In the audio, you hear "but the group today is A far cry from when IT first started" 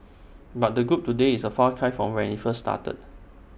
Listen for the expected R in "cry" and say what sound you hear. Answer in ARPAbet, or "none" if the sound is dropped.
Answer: none